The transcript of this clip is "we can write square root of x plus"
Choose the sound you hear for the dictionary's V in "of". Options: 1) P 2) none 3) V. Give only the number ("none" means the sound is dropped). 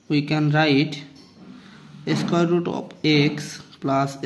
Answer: 1